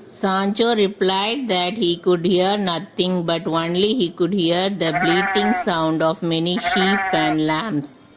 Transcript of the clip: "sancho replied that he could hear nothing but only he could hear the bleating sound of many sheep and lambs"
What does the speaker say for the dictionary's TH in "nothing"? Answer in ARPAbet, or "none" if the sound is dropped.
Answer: T